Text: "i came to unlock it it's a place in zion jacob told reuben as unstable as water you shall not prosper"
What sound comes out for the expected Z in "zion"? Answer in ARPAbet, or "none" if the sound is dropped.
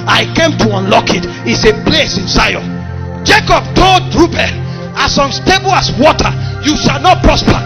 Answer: S